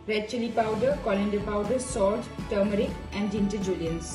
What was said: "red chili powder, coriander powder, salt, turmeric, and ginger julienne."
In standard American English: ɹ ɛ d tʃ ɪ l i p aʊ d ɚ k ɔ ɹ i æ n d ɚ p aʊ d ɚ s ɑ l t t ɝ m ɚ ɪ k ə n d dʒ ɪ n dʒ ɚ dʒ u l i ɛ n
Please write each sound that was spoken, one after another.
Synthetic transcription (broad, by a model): ɹ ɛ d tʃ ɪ l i p aʊ d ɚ k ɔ l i n d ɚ p aʊ d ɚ s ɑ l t t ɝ m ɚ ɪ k ə n d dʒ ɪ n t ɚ dʒ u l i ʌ n